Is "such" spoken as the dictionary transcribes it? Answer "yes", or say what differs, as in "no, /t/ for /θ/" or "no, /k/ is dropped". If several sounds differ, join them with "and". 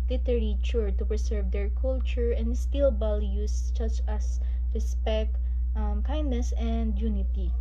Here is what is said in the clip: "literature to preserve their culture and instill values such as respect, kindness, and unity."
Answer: no, /s/ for /tʃ/